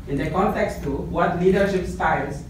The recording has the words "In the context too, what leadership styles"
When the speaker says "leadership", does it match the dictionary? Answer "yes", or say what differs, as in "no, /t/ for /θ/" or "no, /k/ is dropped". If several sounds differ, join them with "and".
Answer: yes